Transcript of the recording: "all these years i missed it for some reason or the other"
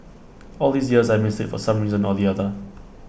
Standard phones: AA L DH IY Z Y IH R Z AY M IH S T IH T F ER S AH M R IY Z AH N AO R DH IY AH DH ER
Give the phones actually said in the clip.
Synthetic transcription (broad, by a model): AA L DH IY Z Y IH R Z AY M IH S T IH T F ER S AH M R IY Z AH N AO L DH IY AH DH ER